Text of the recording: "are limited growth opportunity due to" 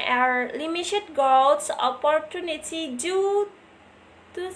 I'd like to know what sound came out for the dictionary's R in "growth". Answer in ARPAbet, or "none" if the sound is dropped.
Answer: none